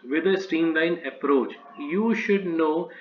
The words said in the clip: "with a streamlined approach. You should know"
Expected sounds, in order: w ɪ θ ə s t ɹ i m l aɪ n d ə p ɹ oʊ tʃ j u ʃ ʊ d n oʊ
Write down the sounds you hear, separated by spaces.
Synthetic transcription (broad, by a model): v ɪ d ə s t i m l aɪ n ə p ɹ oʊ tʃ j u ʃ ʊ d n oʊ